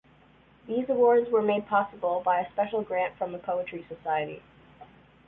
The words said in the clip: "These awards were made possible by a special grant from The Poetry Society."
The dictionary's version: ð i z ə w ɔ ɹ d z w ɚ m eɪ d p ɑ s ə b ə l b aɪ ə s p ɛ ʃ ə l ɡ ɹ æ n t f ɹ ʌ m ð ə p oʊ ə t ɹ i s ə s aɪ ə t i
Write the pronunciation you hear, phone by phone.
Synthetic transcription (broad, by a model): ð i z ə w ɔ ɹ d z w ɚ m eɪ d p ɑ s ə b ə l b aɪ ə s p ɛ ʃ l ɡ ɹ æ n t f ɹ ʌ m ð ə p oʊ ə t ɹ i s ə s aɪ ə t i